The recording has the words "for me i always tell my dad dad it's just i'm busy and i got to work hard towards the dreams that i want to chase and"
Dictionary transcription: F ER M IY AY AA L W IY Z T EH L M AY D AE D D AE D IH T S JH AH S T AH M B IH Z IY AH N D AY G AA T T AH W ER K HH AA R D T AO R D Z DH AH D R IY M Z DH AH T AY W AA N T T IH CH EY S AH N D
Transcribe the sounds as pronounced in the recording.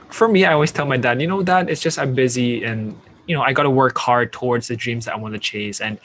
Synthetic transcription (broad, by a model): F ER M IY AY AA L W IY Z T EH L M AY D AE D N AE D IH T S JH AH S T AH M B IH Z IY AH N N AY G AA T T AH W ER K HH AA R D T AO R D Z DH AH D R IY M Z DH AH T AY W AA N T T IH CH EY S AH N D